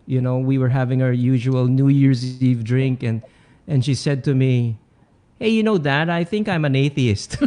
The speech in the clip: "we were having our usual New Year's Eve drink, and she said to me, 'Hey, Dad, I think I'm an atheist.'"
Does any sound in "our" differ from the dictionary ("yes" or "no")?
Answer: no